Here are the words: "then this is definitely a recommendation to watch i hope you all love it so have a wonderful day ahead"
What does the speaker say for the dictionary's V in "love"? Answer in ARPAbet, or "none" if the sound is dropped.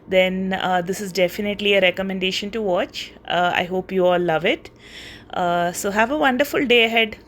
V